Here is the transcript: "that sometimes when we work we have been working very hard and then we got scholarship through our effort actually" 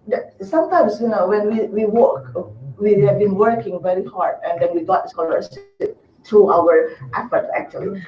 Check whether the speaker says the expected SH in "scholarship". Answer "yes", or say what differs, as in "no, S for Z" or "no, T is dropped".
no, S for SH